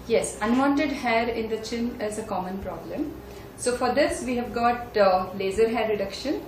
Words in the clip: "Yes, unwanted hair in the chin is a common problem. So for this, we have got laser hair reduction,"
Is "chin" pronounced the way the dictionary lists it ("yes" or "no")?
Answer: yes